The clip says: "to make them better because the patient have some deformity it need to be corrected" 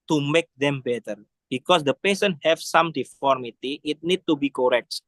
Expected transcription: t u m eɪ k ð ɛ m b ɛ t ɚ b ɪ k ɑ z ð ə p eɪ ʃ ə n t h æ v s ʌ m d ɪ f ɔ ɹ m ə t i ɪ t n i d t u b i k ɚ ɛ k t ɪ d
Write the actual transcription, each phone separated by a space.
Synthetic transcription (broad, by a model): t u m eɪ k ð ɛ m b ɛ t ɚ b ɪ k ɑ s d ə p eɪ s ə n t h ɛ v s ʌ m d ɪ f ɔ ɹ m ə t i ɪ t n i d t u b i k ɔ ɛ k t